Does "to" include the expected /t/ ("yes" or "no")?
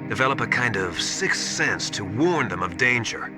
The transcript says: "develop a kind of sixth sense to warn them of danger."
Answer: yes